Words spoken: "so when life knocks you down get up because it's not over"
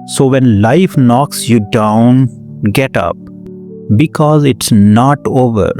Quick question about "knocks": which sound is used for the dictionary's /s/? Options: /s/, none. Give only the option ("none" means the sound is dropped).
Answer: /s/